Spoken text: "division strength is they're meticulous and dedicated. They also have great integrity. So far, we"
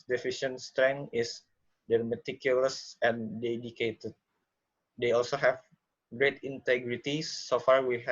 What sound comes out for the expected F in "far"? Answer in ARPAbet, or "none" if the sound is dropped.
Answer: F